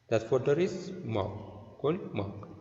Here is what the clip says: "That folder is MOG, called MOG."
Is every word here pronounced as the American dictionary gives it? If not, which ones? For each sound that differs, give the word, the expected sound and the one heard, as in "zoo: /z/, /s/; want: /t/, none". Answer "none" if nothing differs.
folder: /l/, none